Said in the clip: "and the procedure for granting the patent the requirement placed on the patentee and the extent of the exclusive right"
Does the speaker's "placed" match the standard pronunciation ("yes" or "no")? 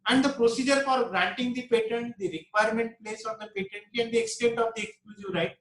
no